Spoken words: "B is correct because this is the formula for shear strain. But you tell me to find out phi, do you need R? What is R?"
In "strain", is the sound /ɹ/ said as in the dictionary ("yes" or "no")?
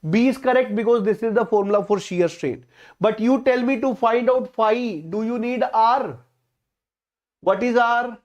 yes